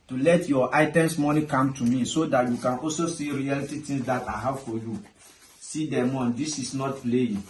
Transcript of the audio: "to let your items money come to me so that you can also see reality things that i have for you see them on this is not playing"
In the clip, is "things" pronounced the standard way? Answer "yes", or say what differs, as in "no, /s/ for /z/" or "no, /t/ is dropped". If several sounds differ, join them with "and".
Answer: no, /t/ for /θ/